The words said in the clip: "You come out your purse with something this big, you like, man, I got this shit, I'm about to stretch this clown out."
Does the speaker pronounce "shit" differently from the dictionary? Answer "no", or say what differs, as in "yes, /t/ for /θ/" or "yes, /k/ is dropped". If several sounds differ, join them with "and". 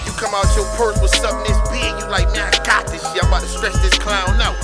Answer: yes, /t/ is dropped